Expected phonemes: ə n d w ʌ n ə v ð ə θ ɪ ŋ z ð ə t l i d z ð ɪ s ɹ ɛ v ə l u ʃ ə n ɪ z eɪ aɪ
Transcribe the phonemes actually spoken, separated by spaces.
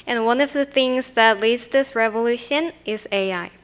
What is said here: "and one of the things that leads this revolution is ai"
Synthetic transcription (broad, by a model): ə n w ʌ n ə v ð ə θ ɪ ŋ z ð ə t l i d z ð ɪ s ɹ ɛ v ə l u ʃ ə n ɪ z eɪ aɪ